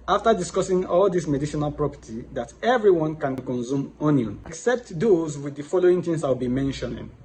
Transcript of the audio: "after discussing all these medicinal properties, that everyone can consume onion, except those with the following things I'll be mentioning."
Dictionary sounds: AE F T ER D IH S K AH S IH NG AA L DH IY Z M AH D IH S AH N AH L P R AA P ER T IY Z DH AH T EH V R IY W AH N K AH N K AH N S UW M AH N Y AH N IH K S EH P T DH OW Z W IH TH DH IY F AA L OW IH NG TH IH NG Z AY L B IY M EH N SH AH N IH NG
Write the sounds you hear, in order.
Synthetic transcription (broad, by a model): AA F T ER D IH S K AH S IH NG AA L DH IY S M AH D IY SH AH N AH L P R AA P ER T IY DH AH T EH V R IY W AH N K AH N K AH N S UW M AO N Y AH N K S EH P T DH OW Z W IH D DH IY F AA L OW IH NG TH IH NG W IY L B IY M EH N SH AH N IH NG